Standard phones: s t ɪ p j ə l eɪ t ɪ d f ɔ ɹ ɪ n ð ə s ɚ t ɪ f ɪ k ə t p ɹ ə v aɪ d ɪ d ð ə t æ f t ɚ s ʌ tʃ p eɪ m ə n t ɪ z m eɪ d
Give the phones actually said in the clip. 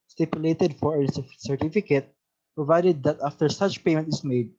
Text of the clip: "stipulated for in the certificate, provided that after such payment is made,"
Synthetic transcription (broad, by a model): s t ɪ p j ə l eɪ t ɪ d f ɔ ɹ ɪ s s ɚ t ɪ f ɪ k ə t p ɹ ə v aɪ d ɪ d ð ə t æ f t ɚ s ʌ tʃ p eɪ m ə n t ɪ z m eɪ d